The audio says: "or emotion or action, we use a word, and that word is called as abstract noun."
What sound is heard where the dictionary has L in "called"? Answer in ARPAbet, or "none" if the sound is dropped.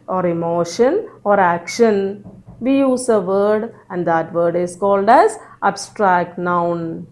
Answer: L